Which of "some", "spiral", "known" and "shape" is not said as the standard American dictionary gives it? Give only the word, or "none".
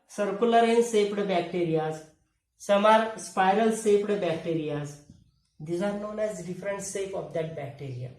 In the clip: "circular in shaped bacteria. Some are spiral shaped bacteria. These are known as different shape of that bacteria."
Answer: shape